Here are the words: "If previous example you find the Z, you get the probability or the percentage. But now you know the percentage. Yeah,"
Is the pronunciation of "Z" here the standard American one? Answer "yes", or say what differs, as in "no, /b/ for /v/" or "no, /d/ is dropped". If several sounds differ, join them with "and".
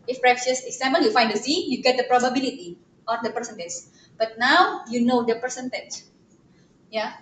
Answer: no, /s/ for /z/